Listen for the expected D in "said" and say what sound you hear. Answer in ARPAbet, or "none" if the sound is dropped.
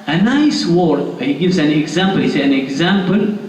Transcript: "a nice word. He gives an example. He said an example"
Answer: none